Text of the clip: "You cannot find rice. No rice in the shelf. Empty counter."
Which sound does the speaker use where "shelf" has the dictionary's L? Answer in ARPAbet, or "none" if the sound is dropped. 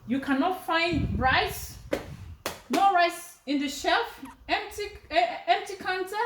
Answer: L